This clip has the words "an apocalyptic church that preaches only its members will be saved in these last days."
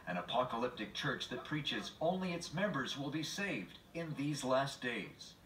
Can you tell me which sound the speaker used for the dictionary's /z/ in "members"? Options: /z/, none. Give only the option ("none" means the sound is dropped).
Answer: /z/